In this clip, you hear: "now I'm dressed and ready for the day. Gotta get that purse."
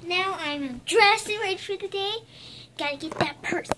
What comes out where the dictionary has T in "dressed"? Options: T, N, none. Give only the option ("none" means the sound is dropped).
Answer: none